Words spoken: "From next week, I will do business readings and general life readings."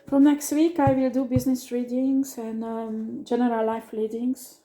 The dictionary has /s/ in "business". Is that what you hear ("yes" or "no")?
yes